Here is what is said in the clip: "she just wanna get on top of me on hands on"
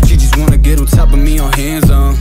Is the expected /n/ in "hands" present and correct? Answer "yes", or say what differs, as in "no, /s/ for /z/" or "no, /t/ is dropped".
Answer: yes